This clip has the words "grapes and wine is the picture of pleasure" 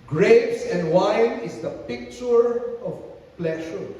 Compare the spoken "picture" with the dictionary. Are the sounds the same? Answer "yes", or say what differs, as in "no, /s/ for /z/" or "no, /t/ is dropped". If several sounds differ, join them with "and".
yes